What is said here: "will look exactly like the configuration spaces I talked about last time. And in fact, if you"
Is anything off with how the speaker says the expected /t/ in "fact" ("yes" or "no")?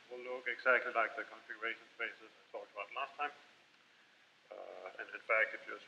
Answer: yes